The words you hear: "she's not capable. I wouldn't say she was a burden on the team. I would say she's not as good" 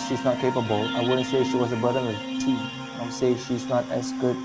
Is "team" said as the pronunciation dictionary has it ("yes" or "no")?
no